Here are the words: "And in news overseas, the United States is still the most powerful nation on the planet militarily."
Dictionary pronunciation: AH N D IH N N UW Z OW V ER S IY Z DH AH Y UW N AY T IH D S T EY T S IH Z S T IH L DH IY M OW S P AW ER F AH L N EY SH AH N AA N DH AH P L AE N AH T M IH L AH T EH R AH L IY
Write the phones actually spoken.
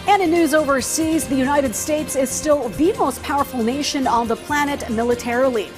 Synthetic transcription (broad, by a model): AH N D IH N N UW Z OW V ER S IY Z DH AH Y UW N AY T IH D S T EY T S IH Z S T IH L DH IY M OW S P AW ER F L N EY SH AH N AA N DH AH P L AE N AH T M IH L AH T EH R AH L IY